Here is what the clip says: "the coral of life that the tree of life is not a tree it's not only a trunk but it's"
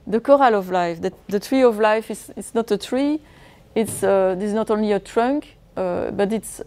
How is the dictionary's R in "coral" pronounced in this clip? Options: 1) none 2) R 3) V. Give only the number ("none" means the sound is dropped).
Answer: 2